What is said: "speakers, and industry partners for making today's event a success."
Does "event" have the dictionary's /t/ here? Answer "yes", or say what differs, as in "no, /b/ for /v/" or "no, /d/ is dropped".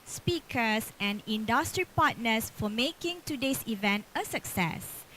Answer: yes